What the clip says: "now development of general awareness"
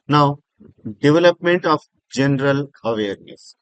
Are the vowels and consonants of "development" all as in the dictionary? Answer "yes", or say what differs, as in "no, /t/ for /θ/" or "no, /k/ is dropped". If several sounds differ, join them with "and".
yes